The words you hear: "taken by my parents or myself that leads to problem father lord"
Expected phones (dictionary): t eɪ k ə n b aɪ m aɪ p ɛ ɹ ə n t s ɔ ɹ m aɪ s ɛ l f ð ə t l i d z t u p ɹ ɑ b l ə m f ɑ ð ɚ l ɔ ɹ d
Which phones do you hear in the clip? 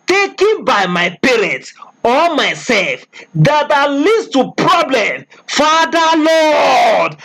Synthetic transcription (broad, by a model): t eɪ k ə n b aɪ m aɪ p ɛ ɹ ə n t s ɔ l m aɪ s ɛ l f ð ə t l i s t u p ɹ ɑ b l ə m f ɑ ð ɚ l ɔ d